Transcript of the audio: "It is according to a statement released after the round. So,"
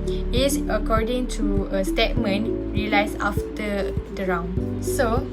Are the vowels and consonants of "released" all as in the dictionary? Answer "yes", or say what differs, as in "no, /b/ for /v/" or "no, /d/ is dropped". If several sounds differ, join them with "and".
no, /t/ is dropped